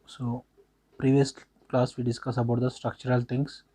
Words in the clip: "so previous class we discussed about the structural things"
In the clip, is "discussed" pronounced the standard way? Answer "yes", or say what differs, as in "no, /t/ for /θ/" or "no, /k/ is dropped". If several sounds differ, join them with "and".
no, /t/ is dropped